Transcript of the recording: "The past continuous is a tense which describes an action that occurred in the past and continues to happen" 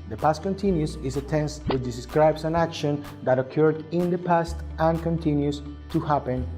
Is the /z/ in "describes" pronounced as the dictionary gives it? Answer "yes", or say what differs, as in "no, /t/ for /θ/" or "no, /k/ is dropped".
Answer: no, /s/ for /z/